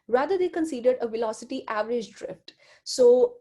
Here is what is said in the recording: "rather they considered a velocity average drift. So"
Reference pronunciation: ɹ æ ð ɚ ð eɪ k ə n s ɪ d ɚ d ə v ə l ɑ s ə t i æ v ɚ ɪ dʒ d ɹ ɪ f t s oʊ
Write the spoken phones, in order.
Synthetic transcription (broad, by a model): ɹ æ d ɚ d eɪ k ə n s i d ɚ d ə v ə l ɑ s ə t i æ v ɚ ɪ dʒ d ɹ ɪ f t s oʊ